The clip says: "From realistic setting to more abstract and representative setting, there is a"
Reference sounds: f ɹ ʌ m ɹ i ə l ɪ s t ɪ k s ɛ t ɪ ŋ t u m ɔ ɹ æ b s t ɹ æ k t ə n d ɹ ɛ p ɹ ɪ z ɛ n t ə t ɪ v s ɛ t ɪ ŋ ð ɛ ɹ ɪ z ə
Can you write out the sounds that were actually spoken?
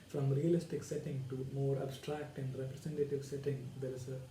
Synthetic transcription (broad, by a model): f ɹ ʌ m ɹ i ə l ɪ s t ɪ k s ɛ t ɪ ŋ t u m ɔ ɹ æ b s t ɹ æ k t ə n d ɹ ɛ p ɹ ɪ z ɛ n t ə t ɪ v s ɛ t ɪ ŋ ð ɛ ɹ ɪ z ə